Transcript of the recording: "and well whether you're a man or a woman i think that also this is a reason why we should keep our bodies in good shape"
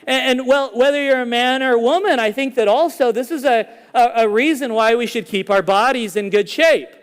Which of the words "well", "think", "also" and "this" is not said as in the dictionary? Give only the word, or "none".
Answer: none